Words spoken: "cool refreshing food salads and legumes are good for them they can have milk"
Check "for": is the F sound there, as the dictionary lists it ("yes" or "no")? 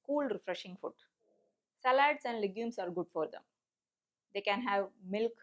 yes